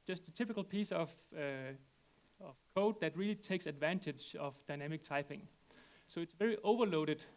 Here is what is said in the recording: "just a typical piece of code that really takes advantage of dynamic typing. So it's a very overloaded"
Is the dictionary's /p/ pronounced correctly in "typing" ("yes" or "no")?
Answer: yes